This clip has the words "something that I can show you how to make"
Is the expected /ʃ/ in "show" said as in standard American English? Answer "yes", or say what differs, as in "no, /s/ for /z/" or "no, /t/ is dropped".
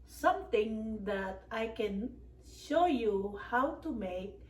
yes